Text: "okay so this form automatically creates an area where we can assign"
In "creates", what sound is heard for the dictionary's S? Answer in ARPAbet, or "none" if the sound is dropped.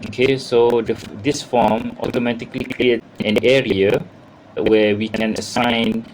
none